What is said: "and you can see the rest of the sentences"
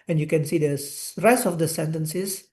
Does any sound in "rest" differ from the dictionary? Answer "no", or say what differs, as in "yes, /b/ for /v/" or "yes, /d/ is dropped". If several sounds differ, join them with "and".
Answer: no